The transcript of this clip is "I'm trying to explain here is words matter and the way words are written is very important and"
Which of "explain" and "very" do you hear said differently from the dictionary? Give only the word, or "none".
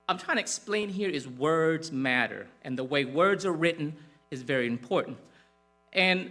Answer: none